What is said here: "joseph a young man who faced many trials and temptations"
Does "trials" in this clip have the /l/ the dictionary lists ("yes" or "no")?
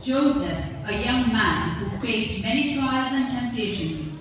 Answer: yes